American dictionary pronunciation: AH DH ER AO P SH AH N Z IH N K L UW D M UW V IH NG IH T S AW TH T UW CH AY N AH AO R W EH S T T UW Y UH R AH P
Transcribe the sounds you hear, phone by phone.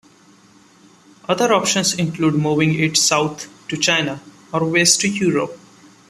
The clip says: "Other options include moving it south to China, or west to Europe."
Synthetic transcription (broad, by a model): AH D ER AO P SH AH N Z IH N K L UW D M UW V IH NG IH T S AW T T UW CH AY N AH AO R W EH S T T UW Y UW R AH P